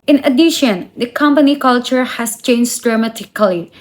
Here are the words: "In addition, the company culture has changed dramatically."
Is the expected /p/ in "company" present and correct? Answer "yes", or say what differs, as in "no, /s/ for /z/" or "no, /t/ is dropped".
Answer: yes